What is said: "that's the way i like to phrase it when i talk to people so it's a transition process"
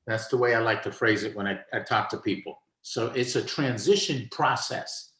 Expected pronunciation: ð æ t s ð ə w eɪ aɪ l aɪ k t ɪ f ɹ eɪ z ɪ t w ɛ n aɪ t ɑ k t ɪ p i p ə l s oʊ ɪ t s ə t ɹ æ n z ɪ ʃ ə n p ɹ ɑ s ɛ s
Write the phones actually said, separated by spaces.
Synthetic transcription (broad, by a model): ð æ t s ð ə w eɪ aɪ l aɪ k t ɪ f ɹ eɪ z ɪ t w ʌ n aɪ t ɑ k t ɪ p i p l s oʊ ɪ t s ə t ɹ æ n z ɪ ʃ ə n p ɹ ɑ s ɛ s